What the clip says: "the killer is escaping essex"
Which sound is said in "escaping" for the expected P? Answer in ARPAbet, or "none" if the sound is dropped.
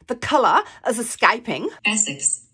P